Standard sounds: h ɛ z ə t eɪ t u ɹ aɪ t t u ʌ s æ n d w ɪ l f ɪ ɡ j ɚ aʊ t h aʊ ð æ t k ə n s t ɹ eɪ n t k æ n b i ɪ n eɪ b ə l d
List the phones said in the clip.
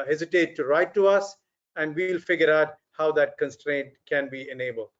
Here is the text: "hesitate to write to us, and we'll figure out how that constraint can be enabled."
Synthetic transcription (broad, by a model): h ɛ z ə t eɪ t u ɹ aɪ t t u ʌ s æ n d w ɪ l f ɪ ɡ j ɚ aʊ t h aʊ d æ t k ə n s t ɹ eɪ n t k æ n b i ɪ n eɪ b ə l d